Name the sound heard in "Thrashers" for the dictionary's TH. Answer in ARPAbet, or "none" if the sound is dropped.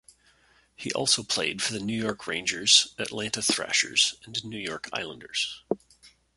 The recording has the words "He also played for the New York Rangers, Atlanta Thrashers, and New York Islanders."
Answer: TH